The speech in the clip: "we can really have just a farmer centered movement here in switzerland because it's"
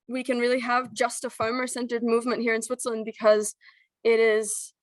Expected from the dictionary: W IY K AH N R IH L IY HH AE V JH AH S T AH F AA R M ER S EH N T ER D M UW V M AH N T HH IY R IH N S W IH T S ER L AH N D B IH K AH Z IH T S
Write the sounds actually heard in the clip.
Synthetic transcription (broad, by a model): W IY K AH N R IH L IY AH V JH AH S T AH F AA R M ER S EH N T ER D M UW V M AH N T HH IY R IH N S W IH T S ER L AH N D B IH K AH Z IH T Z